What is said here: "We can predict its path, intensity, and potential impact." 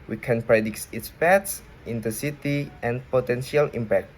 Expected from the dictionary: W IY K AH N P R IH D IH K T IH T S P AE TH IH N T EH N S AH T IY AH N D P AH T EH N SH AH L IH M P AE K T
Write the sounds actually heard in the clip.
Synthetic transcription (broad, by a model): W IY K AH N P R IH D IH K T IH T S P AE S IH N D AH S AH T IY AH N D P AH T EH N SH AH L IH M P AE K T